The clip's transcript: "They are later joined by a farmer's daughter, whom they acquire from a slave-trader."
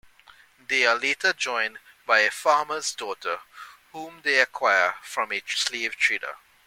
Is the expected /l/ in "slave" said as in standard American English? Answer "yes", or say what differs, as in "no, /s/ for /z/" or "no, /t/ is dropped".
yes